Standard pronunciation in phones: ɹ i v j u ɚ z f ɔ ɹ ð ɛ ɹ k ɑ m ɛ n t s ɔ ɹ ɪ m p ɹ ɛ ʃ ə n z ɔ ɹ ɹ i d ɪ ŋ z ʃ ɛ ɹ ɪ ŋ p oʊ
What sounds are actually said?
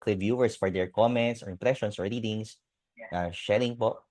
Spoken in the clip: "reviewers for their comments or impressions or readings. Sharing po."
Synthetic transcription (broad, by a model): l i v j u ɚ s f ɔ ɹ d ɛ ɹ k ɑ m ɛ n t s ɔ ɹ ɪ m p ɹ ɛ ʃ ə n s ɔ ɹ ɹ i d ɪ ŋ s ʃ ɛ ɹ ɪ ŋ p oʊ